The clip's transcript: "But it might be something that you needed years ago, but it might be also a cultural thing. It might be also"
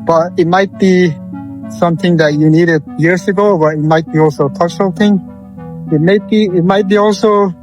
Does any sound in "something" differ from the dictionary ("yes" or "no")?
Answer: no